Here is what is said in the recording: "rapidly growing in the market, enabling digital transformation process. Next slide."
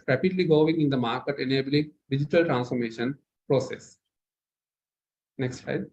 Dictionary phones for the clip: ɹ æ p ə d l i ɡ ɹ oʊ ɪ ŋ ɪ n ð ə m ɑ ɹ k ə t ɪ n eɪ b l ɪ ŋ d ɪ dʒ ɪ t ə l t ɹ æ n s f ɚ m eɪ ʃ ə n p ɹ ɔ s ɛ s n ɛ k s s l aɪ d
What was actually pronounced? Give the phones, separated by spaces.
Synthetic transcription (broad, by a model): ɹ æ p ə d l i ɡ oʊ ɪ ŋ ɪ n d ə m ɑ ɹ k ə t ɪ n eɪ b l ɪ ŋ d ɪ dʒ ɪ t ə l t ɹ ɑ n s f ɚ m eɪ ʃ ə n p ɹ ɔ s ɛ s n ɛ k s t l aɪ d